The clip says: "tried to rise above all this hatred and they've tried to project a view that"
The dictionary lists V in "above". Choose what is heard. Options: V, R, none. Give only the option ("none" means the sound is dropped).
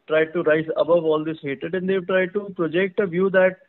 V